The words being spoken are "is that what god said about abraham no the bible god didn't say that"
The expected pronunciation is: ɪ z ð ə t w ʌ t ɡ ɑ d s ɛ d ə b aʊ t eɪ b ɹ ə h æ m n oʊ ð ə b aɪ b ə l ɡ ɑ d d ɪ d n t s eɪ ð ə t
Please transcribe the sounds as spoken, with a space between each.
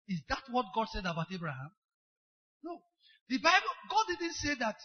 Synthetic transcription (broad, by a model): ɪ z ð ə t w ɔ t ɡ ɑ d s ɛ d ə b aʊ t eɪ b ɹ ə h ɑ m n oʊ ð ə b aɪ b ə l ɡ ɑ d d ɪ d n t s eɪ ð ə t